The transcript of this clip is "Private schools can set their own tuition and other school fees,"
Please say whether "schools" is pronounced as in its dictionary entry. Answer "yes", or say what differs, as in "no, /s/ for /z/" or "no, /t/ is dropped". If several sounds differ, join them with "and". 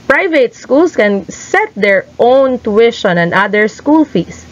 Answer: no, /s/ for /z/